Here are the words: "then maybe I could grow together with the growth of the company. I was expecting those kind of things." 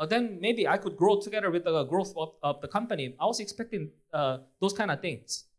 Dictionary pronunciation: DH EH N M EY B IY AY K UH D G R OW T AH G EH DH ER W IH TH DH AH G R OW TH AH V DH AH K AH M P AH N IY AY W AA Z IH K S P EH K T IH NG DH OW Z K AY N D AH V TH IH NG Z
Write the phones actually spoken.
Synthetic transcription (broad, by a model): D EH N M EY B IY AY K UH D G R OW T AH G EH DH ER W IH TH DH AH G R OW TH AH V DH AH K AH M P AH N IY AY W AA S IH K S P EH K T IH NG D OW S K AY N D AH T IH NG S